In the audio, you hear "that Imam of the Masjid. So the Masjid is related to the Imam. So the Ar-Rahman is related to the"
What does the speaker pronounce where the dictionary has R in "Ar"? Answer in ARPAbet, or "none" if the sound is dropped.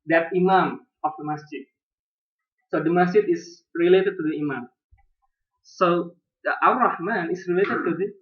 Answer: W